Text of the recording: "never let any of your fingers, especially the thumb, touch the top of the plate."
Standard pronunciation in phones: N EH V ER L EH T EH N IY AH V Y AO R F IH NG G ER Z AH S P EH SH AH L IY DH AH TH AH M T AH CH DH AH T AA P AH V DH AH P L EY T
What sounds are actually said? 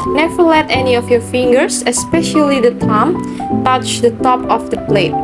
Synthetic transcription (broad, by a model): N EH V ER L EH T EH N IY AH F Y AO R F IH NG G ER S AH S P EH SH AH L IY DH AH T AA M T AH CH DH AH T AA P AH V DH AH P L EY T